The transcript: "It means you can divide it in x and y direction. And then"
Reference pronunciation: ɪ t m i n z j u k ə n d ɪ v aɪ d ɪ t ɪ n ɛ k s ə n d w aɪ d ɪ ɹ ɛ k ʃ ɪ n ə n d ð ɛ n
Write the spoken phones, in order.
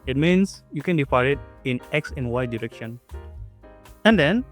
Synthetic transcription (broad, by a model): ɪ t m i n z j u k ə n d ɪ f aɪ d ɪ t ɪ n ɛ k s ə n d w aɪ d ɪ ɹ ɛ k ʃ ɪ n ə n d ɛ n